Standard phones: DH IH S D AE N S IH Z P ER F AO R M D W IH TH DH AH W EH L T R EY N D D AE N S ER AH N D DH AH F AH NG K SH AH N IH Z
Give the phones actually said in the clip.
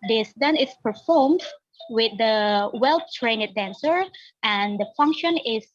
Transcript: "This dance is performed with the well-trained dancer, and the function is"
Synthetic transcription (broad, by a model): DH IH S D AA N IH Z P ER F AO R M D W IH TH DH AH W EH L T R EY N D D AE N S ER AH N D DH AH F AH NG K SH AH N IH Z